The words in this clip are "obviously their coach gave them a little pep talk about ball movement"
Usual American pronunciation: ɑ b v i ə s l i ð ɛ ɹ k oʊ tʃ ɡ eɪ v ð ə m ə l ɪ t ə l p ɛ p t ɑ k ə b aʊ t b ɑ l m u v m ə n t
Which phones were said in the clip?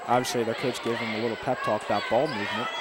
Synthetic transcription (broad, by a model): ɑ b v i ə s l i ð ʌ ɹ k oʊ s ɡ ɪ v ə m ə l ɪ t l p ɛ p t ɑ k ə b aʊ t b ɑ l m u v m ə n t